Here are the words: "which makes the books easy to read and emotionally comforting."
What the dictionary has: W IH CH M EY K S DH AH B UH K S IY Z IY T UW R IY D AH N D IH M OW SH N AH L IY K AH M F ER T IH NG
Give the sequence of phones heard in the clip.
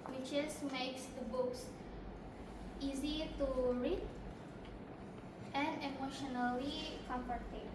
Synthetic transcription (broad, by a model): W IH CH M EY K S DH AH B UH K S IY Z IY T UW R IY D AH N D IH M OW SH N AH L IY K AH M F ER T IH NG